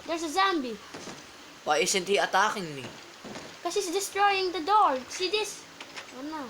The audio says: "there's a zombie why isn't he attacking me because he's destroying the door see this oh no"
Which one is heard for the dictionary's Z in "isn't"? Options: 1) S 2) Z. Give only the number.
1